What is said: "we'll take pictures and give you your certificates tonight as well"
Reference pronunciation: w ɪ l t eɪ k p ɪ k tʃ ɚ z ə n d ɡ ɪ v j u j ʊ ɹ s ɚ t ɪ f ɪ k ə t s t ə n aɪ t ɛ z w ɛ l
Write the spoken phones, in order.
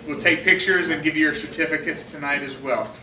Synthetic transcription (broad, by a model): w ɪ l t eɪ k p ɪ k tʃ ɚ z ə n ɡ ɪ v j j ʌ ɹ s ɚ t ɪ f ɪ k ə t s t ə n aɪ t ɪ z w ɛ l